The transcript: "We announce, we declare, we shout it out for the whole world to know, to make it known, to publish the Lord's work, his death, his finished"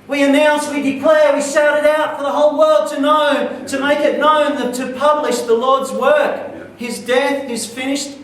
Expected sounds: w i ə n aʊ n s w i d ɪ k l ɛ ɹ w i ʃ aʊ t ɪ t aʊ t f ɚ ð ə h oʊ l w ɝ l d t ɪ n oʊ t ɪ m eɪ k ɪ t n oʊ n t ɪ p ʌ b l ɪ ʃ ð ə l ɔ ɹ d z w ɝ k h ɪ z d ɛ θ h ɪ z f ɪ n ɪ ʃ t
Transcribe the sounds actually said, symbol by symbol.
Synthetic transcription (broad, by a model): w i ə n aʊ n s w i d ɪ k l ɛ ɹ w i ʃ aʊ t ɪ t aʊ t f ɚ ð ə h oʊ l w ɝ l d t ɪ n oʊ t ɪ m eɪ k ɪ t n oʊ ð t ɪ p ʌ b l ɪ ʃ ð ə l ɔ ɹ d z w ɝ k h ɪ z d ɛ θ ɪ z f ɪ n ɪ ʃ t